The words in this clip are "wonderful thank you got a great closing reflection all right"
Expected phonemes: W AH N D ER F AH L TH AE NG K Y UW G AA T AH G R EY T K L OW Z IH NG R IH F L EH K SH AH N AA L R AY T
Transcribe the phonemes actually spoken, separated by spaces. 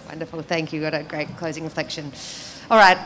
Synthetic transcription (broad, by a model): W AH N D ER F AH L TH AE NG K Y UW G AA T AH G R EY T K L OW Z IH NG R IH F L EH K SH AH N AA L R AY T